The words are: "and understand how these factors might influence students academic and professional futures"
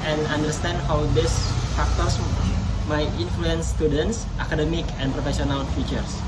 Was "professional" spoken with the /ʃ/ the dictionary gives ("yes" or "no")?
no